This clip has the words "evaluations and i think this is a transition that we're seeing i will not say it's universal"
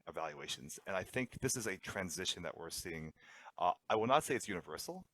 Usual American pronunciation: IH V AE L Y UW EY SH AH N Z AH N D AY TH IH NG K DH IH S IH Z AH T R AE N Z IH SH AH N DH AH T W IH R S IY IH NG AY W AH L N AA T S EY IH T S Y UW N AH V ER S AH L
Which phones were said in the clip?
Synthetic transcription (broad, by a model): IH V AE L Y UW EY SH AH N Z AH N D AY TH IH NG K DH IH S IH Z AH T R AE N Z IH SH N DH AH T W IH R S IY IH NG AY W AH L N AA T S EY IH T S Y UW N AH V ER S L